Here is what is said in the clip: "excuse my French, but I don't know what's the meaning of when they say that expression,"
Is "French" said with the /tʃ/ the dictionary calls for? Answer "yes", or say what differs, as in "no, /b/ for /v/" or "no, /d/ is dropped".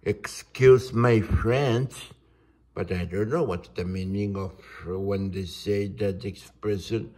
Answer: no, /s/ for /tʃ/